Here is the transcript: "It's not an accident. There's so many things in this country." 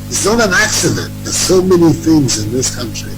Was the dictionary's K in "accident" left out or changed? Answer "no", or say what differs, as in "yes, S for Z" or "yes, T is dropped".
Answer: no